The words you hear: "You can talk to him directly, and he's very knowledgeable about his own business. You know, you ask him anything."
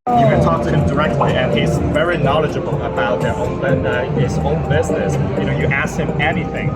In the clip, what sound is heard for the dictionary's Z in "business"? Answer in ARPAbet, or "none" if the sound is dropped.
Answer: Z